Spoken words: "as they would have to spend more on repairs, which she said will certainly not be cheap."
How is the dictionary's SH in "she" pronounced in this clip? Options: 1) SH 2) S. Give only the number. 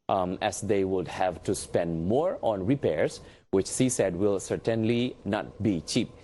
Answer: 2